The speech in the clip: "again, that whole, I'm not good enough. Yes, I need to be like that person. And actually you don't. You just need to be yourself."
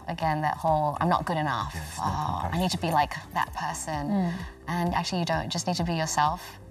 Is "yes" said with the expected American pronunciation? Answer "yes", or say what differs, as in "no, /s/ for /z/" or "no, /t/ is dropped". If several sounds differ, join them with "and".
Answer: no, /s/ is dropped